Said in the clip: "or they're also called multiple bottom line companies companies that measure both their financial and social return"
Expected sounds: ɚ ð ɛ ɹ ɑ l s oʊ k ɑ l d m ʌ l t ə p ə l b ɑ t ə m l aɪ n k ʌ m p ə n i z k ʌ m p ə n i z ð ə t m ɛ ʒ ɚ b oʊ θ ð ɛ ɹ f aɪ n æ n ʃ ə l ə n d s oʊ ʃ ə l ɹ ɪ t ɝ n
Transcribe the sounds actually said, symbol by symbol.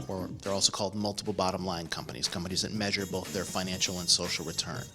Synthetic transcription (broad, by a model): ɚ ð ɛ ɹ ɑ l s oʊ k ɑ l d m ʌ l t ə p l b ɑ t ə m l aɪ n k ʌ m p ə n i z k ʌ m p ə n i z ð ə t m ɛ ʒ ɚ b oʊ θ ð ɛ ɹ f aɪ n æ n ʃ l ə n s oʊ ʃ l ɹ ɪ t ɝ n